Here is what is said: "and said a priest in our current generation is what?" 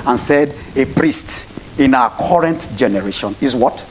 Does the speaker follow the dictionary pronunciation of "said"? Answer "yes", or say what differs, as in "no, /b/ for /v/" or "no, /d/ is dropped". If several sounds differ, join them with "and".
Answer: yes